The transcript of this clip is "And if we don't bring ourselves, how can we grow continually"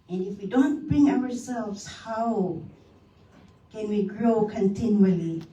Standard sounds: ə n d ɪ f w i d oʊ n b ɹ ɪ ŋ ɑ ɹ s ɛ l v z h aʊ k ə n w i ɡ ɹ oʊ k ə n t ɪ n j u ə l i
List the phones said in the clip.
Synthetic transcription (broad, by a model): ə n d ɪ f w i d oʊ n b ɹ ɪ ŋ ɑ w s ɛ l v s h aʊ k ə n w i ɡ ɹ oʊ k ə n t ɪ n j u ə l i